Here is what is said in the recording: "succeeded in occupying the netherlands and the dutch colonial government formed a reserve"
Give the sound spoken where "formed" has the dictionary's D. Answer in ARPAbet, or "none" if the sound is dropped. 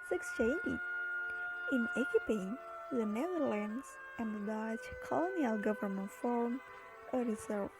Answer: none